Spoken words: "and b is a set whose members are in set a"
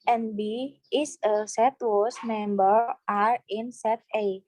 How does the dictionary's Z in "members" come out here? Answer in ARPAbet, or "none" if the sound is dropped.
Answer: none